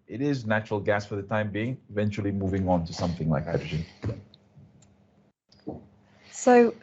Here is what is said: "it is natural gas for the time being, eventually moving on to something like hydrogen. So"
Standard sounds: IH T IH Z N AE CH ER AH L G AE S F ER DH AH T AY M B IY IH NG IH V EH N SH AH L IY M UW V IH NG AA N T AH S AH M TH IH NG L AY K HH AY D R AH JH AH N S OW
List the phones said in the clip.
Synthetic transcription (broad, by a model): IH T IH Z N AE CH ER AH L G AE S F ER DH AH T AY M B IY IH NG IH V EH N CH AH L IY M UW V IH NG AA N T AH S AH M TH IH NG L AY K HH AY D R AH JH AH N S OW